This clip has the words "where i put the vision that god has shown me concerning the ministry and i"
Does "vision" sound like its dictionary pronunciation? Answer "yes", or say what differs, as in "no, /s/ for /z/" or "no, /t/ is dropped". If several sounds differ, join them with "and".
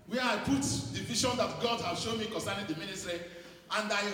no, /ʃ/ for /ʒ/